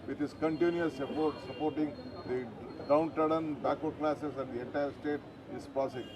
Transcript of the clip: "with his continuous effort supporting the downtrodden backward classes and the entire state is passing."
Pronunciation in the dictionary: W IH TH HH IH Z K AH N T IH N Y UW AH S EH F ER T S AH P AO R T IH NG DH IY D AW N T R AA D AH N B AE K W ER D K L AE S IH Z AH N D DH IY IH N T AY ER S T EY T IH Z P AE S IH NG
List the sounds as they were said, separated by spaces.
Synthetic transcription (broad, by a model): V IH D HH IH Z K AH N T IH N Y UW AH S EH P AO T S AH P AO R T IH NG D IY D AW N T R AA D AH N B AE K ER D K L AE S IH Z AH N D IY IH T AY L S T EY T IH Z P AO S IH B